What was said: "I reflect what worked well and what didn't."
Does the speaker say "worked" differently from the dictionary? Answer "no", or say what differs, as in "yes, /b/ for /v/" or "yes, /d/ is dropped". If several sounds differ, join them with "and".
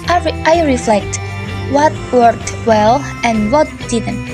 yes, /k/ is dropped